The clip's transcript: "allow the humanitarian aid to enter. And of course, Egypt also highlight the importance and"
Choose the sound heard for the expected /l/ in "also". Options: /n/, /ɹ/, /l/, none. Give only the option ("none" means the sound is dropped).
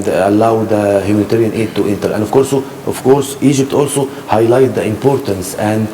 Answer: /l/